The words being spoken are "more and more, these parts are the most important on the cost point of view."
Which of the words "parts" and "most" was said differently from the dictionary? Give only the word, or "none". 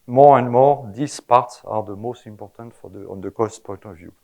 none